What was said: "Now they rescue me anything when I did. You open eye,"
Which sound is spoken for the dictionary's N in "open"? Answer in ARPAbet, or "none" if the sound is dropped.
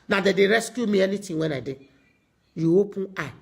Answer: none